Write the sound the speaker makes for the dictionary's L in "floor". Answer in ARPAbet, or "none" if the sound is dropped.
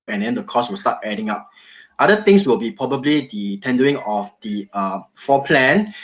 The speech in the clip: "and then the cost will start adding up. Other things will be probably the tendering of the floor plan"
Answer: none